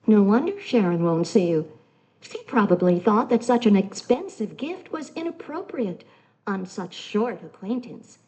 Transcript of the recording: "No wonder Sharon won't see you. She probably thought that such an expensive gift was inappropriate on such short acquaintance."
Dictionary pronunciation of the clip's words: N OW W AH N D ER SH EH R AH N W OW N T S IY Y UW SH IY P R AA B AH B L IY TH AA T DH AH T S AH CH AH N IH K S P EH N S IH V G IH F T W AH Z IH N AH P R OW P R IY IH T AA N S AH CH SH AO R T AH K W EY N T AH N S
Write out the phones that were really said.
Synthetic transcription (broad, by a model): N OW W AH N D ER SH EH R AH N W OW N T S IY Y UW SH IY P R AA B AH B L IY TH AA T DH AH T S AH CH AH N IH K S P EH N S IH V G IH F T W AH Z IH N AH P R OW P R IY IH T N S AH CH SH AO R T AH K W EY N T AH N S